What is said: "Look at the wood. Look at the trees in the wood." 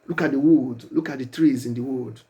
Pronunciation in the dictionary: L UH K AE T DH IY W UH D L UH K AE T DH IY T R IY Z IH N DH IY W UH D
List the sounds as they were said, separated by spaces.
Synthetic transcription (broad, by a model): L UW K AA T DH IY W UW D L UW K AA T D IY T R IY Z IH N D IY W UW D